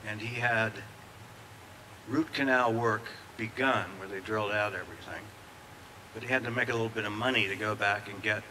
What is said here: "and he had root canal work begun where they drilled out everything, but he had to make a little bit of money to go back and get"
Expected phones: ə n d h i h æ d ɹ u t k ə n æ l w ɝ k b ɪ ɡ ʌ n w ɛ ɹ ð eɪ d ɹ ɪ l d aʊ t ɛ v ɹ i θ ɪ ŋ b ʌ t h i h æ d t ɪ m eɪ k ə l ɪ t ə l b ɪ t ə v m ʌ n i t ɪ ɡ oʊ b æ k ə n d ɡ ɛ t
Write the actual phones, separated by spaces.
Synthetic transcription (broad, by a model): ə n i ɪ d ɹ u t k ə n æ l w ɝ k b ɪ ɡ ʌ n w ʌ ɹ ð eɪ d ɹ ɪ l d aʊ t ɛ v ɹ i θ ɪ ŋ b ʌ t h i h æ d t ɪ m eɪ k ə l ɪ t l b ɪ t ə v m ʌ n i t ɪ ɡ oʊ b æ k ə n ɡ ɛ t